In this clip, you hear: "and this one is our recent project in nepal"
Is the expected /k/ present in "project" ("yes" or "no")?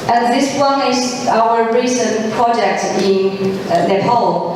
yes